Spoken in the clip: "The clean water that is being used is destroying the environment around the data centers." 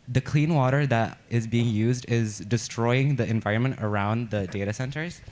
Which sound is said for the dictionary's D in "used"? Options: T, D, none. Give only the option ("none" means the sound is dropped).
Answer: D